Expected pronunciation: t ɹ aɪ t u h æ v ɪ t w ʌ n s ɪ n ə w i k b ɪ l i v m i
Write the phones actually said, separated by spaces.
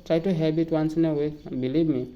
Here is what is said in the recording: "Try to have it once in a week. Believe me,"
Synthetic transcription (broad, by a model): t ɹ aɪ t u h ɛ b ɪ t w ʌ n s ɪ n ə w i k b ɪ l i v m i